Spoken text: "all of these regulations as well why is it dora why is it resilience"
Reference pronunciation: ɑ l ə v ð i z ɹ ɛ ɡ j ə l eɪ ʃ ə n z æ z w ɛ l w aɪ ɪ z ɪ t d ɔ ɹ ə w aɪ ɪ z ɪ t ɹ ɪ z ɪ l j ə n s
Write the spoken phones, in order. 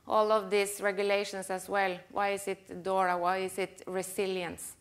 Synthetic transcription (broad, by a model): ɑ l ə v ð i s ɹ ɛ ɡ j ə l eɪ ʃ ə n s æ s w ɛ l w aɪ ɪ s ɪ t d ɔ ɹ ə w aɪ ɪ s ɪ t ɹ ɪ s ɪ l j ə n s